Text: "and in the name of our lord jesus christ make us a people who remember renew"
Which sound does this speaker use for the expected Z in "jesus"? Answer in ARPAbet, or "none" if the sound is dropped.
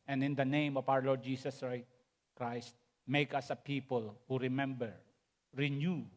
S